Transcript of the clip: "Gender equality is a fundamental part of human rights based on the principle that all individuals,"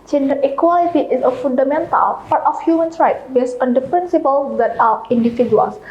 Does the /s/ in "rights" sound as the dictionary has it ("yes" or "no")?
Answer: no